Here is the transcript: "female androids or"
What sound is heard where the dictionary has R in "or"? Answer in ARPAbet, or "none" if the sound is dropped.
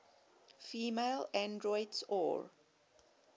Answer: R